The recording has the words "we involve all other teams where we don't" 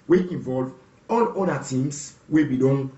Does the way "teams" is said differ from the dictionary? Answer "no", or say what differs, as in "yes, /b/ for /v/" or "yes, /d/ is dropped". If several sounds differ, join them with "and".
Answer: yes, /s/ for /z/